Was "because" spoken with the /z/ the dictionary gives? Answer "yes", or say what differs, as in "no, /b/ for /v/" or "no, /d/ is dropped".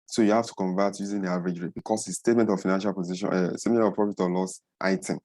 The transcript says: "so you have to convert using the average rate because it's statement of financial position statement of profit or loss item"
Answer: no, /s/ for /z/